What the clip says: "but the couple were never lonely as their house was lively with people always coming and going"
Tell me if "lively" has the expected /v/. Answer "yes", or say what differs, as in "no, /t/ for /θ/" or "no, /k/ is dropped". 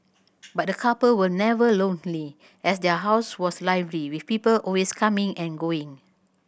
yes